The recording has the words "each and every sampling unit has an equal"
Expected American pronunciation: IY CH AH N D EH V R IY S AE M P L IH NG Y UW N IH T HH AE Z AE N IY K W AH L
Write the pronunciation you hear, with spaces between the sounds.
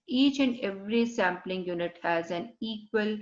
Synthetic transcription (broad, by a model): IY CH AH N D EH V R IY S AE M P L IH NG Y UW N IH T HH AE Z AE N IY K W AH L